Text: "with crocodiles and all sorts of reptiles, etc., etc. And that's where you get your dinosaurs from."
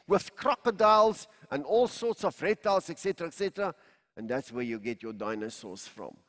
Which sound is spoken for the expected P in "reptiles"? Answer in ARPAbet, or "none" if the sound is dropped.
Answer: none